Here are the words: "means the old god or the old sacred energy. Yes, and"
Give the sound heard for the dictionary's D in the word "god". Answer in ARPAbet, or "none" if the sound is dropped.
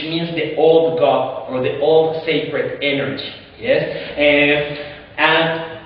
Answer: none